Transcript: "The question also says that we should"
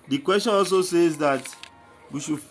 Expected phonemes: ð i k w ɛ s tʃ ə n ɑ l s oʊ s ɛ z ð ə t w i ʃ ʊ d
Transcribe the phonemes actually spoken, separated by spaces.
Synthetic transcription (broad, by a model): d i k w ɛ s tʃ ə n ɑ l s oʊ s ɛ z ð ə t w i ʃ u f